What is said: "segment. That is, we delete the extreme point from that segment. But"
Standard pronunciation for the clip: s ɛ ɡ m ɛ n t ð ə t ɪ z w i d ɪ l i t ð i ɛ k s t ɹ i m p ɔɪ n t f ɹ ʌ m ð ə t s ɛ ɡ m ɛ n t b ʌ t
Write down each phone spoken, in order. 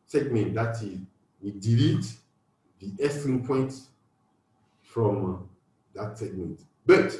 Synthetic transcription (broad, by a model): s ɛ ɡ m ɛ n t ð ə t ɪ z w i d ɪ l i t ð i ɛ s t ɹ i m p ɔɪ n t f ɹ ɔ m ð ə t s ɛ ɡ m ɛ n t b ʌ t